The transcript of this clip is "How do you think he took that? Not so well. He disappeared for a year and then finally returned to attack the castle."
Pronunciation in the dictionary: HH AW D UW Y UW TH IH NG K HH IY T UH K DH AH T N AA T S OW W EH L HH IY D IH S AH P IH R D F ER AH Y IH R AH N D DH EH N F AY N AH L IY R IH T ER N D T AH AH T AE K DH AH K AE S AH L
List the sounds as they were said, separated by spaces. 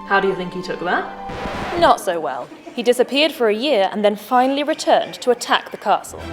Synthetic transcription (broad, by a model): HH AW D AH Y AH TH IH NG K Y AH T UH K DH AH T N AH T S OW W EH L HH IY D IH S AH P IH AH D F ER AH Y IH R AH N DH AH N F AY N AH L IY R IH T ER N T AH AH T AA K DH AH K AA S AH L